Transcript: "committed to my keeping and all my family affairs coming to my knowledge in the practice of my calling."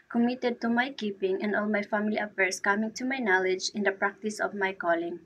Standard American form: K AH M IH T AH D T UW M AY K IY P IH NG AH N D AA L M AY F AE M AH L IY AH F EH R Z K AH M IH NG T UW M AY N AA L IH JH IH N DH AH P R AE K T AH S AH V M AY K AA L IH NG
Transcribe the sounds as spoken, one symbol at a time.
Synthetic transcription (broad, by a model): K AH M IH T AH D T UW M AY K IY P IH NG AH N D AA L M AY F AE M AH L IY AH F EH R S K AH M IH NG T UW M AY N AA L IH JH IH N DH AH P R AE K T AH S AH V M AY K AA L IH NG